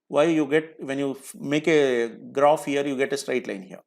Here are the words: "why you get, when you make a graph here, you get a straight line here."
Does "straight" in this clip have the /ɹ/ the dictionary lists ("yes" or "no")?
yes